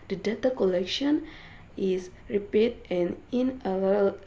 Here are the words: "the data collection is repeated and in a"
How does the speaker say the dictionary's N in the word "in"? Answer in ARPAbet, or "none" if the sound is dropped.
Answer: L